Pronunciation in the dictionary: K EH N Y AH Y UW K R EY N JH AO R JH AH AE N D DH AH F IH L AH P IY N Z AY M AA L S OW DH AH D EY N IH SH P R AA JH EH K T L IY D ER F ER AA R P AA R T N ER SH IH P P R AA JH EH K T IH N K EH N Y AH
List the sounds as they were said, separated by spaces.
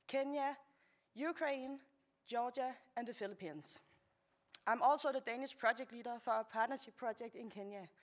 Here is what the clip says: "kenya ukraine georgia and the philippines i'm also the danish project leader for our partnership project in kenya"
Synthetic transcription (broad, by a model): K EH N Y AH Y UW K R EY N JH AO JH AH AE N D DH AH F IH L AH P IY N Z AY M AA L S OW DH AH D EY N IH SH P R AA JH EH K T L IY D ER F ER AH P AA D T N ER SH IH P P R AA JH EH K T IH N K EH N Y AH